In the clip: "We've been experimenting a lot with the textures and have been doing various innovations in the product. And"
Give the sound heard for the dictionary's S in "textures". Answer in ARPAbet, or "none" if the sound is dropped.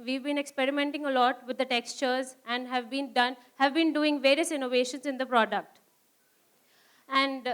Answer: S